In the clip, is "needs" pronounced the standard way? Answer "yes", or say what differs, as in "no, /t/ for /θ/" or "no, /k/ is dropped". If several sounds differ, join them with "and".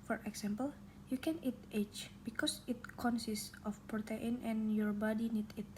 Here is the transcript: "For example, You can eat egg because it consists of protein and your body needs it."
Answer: no, /z/ is dropped